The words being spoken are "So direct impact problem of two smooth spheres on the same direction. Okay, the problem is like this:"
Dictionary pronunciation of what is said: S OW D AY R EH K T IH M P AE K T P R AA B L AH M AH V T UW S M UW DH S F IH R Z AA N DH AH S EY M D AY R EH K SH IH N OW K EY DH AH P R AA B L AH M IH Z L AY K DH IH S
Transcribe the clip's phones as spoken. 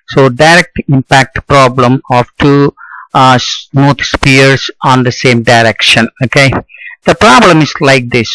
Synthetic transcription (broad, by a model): S OW D AY R EH K T IH M P AE K T P R AA B L AH M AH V T UW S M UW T S P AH R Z AA N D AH S EY M D AY R EH K SH IH N OW K EY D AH P R AA B L AH M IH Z L AY K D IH S